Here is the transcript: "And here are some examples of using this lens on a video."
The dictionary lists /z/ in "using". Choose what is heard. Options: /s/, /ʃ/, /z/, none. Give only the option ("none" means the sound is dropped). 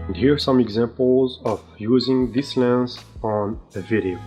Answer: /z/